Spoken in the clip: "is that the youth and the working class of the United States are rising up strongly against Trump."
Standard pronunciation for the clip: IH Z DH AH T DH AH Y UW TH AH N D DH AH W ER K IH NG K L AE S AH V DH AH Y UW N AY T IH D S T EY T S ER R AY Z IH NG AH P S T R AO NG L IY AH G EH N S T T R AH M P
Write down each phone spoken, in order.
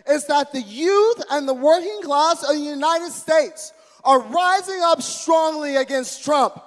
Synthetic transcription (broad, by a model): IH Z DH AH T DH AH Y UW TH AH N DH AH W ER K IH NG K L AE S AH V DH AH Y UW N AY T IH D S T EY T S ER R AY Z IH NG AH P S T R AO NG L IY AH G EH N S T T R AH M P